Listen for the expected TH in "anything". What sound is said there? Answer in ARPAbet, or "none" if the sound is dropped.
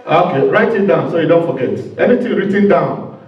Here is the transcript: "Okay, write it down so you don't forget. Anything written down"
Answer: T